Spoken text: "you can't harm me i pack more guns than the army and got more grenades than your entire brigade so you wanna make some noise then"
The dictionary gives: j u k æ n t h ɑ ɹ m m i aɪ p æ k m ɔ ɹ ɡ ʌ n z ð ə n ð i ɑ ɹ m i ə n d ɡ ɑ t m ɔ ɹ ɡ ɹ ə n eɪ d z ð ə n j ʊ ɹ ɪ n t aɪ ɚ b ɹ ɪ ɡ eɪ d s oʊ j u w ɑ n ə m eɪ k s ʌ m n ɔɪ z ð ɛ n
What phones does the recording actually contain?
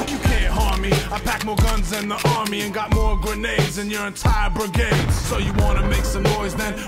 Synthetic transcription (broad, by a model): j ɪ k æ n t h ɑ ɹ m m i aɪ p æ k m ɔ ɹ ɡ ʌ n z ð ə n ð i ɑ ɹ m i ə n ɡ ɑ t m ɔ ɹ ɡ ɹ ə n eɪ d z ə n j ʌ ɹ ɪ n t aɪ ɚ b ɹ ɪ ɡ eɪ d s oʊ j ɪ w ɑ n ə m eɪ k s ʌ m n ɔɪ z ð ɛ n